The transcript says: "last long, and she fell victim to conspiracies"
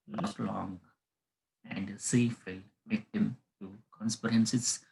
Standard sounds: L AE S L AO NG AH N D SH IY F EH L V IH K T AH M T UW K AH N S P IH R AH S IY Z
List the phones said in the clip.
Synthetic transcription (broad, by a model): L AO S L AO NG AH N D S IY F EH L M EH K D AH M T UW K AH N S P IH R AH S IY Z